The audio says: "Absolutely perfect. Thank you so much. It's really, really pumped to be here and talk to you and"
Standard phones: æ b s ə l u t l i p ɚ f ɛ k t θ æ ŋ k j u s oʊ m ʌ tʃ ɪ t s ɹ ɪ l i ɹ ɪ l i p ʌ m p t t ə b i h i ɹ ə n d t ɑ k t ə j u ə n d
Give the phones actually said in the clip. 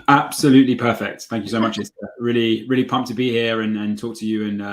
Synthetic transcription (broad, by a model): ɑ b s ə l u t l i p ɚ f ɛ k t θ æ ŋ k j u s oʊ m ʌ tʃ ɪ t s ɹ ɪ l i ɹ ɪ l i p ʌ m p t t ə b i h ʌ ɹ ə n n t ɑ k t ə j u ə n